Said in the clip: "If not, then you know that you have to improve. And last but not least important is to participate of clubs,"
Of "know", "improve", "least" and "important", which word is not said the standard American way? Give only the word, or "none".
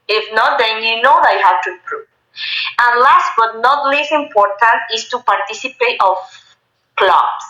least